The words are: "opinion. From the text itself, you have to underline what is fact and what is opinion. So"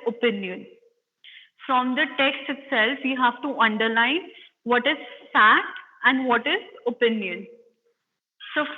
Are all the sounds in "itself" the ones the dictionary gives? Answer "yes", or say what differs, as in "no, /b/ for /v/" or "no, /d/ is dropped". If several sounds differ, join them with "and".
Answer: yes